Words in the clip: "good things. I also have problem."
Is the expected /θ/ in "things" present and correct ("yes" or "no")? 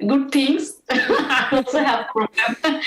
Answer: no